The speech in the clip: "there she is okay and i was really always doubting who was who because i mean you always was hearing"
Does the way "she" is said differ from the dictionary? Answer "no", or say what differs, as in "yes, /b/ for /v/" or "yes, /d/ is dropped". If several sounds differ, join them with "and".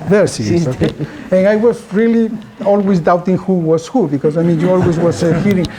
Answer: yes, /s/ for /ʃ/